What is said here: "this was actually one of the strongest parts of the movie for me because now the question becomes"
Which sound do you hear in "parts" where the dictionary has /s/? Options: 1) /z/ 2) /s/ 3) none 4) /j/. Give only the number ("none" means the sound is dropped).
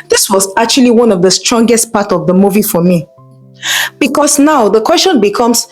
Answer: 3